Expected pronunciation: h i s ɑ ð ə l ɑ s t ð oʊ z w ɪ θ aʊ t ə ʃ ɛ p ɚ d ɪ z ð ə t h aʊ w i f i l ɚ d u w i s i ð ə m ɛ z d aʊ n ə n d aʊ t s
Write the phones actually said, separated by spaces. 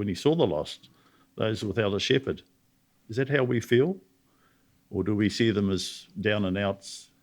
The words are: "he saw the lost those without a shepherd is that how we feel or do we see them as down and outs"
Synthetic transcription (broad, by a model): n i s ɑ ð ə l ɑ s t ð oʊ z w ɪ θ aʊ t ə ʃ ɛ p ɚ d ɪ z ð ə t h aʊ w i f i l ɚ d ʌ w i s i ð ə m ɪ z d aʊ n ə n aʊ t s